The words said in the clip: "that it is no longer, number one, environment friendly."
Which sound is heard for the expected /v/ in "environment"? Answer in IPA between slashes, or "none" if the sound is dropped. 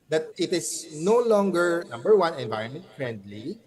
/v/